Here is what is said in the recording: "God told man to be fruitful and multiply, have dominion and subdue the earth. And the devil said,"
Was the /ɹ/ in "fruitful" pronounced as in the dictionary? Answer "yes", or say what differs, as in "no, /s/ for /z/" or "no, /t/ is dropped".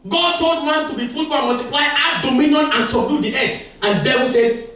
no, /ɹ/ is dropped